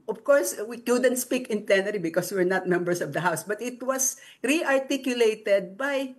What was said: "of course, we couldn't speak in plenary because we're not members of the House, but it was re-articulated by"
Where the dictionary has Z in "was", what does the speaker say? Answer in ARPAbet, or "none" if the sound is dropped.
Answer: S